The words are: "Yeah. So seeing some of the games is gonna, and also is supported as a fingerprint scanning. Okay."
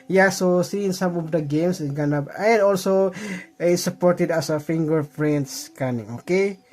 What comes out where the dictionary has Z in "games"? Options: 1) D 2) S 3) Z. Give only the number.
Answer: 2